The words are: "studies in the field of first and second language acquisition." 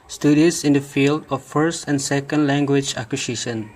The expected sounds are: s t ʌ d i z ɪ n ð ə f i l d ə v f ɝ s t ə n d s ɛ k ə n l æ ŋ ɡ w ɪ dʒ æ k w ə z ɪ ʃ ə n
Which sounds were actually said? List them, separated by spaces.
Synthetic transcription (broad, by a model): s t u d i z ɪ n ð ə f i l d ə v f ɝ s t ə n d s ɛ k ə n l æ ŋ ɡ w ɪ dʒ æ k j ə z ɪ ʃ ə n